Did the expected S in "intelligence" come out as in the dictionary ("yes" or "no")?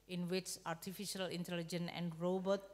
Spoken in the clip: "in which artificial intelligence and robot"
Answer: no